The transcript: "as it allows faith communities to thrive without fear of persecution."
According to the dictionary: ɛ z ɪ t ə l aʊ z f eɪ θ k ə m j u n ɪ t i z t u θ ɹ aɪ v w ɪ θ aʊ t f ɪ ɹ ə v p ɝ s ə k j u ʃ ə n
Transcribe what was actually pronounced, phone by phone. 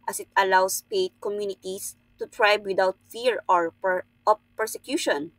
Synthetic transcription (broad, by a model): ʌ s ɪ t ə l aʊ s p eɪ t k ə m j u n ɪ t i s t u t ɹ aɪ b w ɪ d aʊ t f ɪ ɹ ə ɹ p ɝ s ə k j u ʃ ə n